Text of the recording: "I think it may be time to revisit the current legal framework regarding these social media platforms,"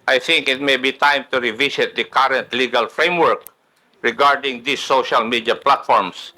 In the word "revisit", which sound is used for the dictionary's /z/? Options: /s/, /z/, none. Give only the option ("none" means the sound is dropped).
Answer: /s/